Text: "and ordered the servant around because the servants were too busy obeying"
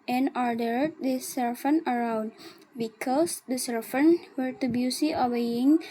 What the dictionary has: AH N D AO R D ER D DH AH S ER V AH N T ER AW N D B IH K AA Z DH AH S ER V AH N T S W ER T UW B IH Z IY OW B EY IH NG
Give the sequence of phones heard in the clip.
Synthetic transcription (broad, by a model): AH N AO R D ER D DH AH S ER F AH N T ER AW N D B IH K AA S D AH S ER F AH N W ER T UW B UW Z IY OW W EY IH NG